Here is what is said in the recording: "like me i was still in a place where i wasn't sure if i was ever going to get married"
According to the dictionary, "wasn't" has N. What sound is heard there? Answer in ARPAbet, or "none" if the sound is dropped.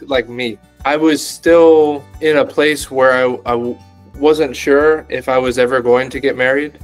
N